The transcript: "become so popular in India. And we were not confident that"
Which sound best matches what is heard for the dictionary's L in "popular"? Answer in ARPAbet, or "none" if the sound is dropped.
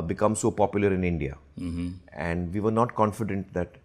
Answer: L